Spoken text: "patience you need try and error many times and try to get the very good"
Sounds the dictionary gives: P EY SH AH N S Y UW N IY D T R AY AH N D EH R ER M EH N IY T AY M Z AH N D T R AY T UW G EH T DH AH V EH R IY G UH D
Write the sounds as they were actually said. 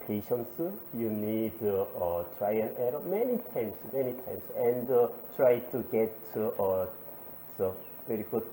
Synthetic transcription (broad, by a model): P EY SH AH N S Y UW N IY D T R AY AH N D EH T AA M EH N IY T AY M S AH N D T R AY T UW G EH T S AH V EH R IY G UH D